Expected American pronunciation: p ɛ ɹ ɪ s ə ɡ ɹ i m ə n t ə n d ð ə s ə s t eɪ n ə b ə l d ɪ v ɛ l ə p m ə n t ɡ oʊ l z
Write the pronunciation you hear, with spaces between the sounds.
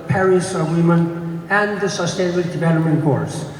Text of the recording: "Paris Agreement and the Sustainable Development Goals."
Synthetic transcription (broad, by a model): p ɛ ɹ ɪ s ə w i m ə n ə n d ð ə s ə s t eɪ n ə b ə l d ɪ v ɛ l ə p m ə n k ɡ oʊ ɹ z